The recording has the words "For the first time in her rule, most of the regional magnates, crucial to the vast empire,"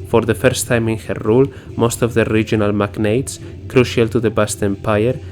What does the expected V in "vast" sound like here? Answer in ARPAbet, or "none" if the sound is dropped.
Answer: B